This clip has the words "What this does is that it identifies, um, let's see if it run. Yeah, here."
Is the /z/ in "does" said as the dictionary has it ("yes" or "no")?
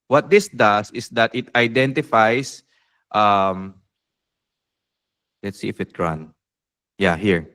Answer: no